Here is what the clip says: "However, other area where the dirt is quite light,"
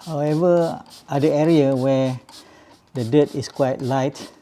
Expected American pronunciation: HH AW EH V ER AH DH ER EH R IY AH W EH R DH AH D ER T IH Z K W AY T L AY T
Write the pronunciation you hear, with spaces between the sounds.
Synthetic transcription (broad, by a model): HH AW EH V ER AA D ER EH R IY AH W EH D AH D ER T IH S K W AY T L AY T